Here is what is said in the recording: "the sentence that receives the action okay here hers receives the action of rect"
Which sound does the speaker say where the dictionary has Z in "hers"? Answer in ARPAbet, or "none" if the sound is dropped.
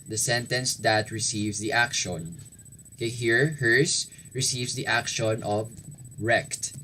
S